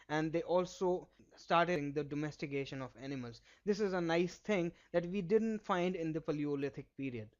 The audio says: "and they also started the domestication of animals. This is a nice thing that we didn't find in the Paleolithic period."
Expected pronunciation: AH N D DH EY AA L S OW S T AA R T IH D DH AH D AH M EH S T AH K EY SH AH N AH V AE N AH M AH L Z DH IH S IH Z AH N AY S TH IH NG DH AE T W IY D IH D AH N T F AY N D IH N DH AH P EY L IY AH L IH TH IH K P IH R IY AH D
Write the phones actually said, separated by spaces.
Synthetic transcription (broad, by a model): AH N D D EY AA L S OW S T AA R T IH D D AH D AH M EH S T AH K EY SH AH N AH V AE N AH M AH L Z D IH S IH Z AH N AY S T IH NG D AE T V IY D IH D AH N T F AY N D IH N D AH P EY L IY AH L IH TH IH K P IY R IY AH D